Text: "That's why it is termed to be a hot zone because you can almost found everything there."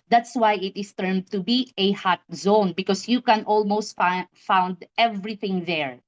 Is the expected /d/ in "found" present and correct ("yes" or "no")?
yes